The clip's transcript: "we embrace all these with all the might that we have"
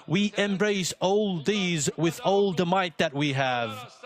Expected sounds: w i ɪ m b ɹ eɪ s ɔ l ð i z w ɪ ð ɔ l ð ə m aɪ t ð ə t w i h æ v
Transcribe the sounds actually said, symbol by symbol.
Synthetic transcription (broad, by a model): w i ɪ m b ɹ eɪ s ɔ l ð i z w ɪ ð ɔ l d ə m aɪ t ð ə t w i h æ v